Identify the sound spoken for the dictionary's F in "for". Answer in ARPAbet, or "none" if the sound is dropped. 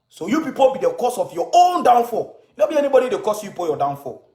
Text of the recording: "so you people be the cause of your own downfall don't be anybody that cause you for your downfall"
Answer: P